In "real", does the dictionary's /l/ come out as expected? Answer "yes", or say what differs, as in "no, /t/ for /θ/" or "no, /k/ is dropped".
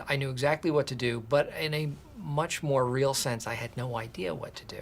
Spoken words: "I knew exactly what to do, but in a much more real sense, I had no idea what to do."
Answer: yes